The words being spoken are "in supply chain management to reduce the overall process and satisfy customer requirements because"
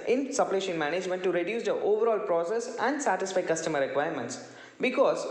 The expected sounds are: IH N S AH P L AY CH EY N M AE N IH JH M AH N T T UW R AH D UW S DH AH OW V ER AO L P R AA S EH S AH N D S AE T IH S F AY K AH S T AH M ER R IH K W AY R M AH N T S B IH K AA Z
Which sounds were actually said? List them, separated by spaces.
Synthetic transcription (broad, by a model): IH N S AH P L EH SH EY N M AE N IH JH M AH N T T UW R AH D UW S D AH OW V ER AO L P R AA S EH S AH N D S AE T IH S F AY K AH S T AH M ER R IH K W AY R M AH N T S B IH K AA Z